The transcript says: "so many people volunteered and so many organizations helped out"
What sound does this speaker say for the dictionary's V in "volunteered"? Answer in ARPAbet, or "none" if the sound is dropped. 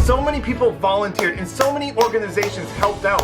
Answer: V